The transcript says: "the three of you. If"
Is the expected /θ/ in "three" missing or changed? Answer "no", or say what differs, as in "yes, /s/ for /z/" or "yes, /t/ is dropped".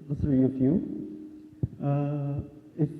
yes, /s/ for /θ/